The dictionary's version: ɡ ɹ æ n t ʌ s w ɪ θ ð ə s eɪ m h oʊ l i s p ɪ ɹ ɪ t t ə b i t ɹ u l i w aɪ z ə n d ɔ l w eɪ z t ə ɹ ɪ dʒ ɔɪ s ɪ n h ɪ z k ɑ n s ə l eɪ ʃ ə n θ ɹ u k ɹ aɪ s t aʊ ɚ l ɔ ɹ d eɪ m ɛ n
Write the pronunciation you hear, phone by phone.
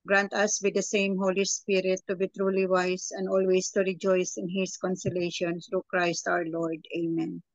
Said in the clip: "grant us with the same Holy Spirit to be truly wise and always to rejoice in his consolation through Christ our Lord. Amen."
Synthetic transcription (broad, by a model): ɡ ɹ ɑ n t ʌ s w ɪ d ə s eɪ m h oʊ l i s p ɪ ɹ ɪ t t ə b i t ɹ u l i w aɪ s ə n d ɔ l w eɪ s t ə ɹ ɪ dʒ ɔɪ s ɪ n h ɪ s k ɑ n s ə l eɪ ʃ ə n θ ɹ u k ɹ aɪ s t aʊ ɚ l ɔ ɹ d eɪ m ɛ n